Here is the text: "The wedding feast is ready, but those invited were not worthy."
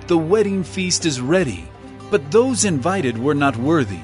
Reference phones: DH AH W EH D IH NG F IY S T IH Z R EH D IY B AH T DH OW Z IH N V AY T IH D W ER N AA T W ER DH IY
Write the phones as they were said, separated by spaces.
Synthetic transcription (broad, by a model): DH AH W EH D IH NG F IY S T IH Z R EH D IY B AH T DH OW Z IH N V AY T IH D W ER N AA T W ER DH IY